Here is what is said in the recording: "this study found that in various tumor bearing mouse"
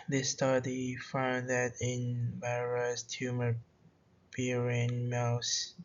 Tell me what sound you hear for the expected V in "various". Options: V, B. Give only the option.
B